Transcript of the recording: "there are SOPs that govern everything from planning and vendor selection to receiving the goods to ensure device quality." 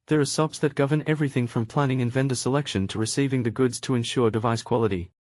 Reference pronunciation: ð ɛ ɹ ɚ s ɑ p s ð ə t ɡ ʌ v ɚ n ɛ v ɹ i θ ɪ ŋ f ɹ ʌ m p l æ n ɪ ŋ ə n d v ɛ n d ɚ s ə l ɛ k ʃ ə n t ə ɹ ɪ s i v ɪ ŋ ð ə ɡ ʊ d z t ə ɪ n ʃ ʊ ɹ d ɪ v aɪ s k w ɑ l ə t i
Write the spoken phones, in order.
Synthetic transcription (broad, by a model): ð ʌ ɹ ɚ s ɑ p s ð ə t ɡ ʌ v ɚ n ɛ v ɹ i θ ɪ ŋ f ɹ ʌ m p l æ n ɪ ŋ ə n v ɛ n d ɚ s ə l ɛ k ʃ ə n t ə ɹ ɪ s i v ɪ ŋ ð ə ɡ ʊ d z t ə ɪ n ʃ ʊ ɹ d ɪ v aɪ s k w ɑ l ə t i